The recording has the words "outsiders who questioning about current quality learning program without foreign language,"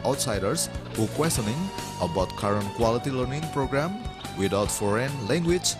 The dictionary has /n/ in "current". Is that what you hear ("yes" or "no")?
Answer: yes